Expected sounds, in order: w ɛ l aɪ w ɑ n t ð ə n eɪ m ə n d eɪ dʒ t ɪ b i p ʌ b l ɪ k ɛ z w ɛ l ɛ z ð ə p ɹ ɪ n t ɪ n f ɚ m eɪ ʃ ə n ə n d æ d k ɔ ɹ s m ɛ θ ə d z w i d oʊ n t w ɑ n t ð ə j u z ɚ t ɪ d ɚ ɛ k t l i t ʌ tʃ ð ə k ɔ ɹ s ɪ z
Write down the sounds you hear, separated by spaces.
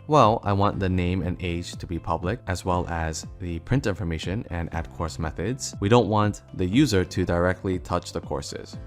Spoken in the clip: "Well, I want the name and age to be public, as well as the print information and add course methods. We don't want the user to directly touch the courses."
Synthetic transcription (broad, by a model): w ɛ l aɪ w ɑ n ð ə n eɪ m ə n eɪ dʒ t ɪ b i p ʌ b l ɪ k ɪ z w ɛ l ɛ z ð ə p ɹ ɪ n t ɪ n f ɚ m eɪ ʃ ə n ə n æ d k ɔ ɹ s m ɛ θ ə d z w i d oʊ n t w ɑ n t ð ə j u z ɚ t ɪ d ɚ ɛ k t l i t ʌ tʃ ð ə k ɔ ɹ s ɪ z